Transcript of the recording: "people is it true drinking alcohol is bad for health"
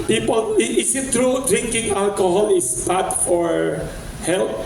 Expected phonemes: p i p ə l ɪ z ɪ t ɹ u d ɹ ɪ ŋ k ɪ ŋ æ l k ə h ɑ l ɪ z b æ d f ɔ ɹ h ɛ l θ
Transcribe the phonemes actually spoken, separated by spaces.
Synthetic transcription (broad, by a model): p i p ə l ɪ s ɪ t ɹ u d ɹ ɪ ŋ k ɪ ŋ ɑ l k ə h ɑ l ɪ s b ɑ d f ɔ ɹ h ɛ l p